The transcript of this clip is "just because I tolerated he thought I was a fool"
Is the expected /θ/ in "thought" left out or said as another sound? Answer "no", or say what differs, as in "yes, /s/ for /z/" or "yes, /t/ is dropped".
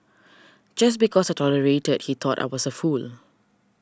yes, /t/ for /θ/